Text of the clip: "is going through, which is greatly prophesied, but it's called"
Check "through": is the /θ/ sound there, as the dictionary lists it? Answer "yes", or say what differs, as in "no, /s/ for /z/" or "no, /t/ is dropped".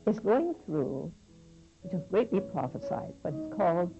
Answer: yes